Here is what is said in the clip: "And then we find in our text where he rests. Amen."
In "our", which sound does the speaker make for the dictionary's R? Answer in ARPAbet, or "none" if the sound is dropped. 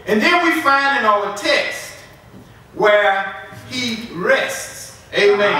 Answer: L